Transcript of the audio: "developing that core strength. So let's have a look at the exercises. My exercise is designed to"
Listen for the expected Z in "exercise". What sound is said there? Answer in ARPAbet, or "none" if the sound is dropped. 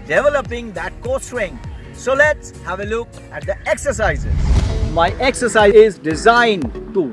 none